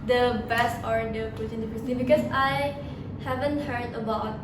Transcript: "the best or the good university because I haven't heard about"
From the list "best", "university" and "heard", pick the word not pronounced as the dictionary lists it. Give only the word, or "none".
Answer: university